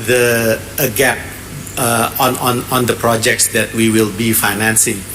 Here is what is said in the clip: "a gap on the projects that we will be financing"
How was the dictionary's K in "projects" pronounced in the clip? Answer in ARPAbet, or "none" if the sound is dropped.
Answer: K